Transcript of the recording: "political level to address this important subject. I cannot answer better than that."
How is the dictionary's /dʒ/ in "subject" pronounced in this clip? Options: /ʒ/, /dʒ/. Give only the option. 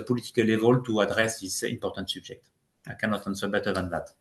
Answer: /ʒ/